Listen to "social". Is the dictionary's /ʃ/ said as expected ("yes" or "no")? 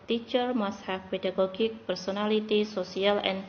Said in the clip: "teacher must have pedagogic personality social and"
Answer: no